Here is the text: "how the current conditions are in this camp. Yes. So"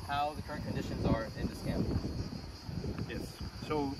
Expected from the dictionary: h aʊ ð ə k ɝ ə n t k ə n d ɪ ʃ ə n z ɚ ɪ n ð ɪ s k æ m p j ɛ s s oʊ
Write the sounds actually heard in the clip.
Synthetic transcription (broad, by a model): h aʊ ð ə k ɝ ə n k ə n d ɪ ʃ ə n z ɚ ɪ n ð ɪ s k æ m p j ɛ s s oʊ